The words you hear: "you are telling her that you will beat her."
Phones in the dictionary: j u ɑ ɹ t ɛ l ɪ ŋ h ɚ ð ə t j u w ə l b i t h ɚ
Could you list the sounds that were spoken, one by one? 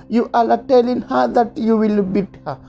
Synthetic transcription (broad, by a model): j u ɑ l t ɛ l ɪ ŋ h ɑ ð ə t j u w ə l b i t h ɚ